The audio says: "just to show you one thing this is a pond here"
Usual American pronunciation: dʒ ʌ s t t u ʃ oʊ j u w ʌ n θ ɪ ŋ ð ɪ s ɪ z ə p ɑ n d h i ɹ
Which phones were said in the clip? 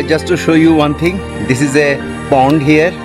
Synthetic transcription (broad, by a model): dʒ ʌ s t t u ʃ oʊ j u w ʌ n t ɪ ŋ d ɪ s ɪ z ə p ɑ n d h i ɹ